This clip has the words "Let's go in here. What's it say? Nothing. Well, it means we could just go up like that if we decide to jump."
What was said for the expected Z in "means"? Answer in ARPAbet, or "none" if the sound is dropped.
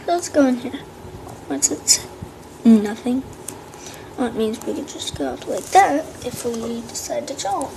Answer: Z